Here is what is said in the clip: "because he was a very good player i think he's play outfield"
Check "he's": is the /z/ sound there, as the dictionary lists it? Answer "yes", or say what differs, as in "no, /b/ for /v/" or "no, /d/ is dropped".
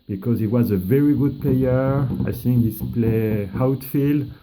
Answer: no, /s/ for /z/